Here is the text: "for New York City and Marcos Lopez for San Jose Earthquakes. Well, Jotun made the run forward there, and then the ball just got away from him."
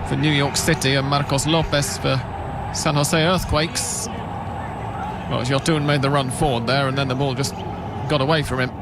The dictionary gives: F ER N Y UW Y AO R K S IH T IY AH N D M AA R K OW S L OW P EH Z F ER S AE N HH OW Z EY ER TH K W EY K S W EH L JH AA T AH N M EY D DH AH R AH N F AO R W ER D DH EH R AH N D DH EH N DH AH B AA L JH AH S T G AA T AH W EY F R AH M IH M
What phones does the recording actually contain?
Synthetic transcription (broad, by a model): F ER N Y UW Y AO R K S IH T IY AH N M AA R K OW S L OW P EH S F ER S AE N HH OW S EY ER TH K W EY K S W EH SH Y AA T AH N M EY D DH AH R AH N F AO R W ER D DH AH R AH N DH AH N DH AH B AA L JH AH S G AA T AH W EY F R AH M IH M